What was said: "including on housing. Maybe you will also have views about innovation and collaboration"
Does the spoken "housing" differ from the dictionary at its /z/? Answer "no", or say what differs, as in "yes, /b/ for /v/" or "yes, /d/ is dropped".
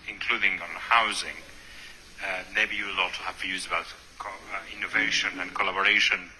no